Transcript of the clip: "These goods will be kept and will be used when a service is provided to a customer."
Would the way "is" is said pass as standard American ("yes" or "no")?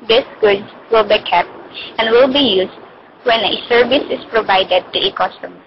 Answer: no